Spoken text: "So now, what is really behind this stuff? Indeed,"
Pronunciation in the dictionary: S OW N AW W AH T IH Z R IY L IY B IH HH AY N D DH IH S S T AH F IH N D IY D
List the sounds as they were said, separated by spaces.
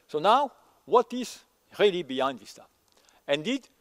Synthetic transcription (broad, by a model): S OW N AW W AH T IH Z R IY L IY B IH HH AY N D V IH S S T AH IH N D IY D